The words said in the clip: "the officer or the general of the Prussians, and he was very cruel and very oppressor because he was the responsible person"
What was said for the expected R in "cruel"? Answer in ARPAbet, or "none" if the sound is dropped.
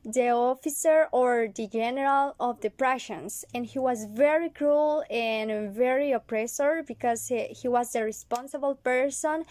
R